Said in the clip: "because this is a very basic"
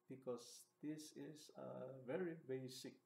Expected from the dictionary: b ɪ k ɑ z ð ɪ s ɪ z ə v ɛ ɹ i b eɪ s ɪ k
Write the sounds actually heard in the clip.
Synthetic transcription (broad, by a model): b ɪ k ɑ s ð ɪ s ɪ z ə v ɛ ɹ i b eɪ s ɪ k